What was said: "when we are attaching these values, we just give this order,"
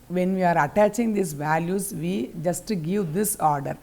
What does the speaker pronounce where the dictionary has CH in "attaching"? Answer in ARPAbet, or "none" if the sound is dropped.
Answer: CH